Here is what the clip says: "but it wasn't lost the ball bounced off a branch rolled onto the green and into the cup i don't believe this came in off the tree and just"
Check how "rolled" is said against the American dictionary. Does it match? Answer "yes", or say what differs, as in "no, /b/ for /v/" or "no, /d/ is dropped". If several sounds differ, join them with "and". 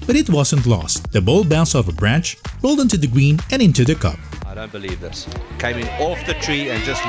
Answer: yes